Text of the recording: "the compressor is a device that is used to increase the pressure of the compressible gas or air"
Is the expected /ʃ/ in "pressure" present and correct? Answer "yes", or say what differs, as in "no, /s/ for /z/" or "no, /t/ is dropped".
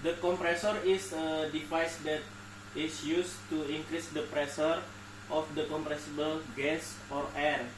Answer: no, /s/ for /ʃ/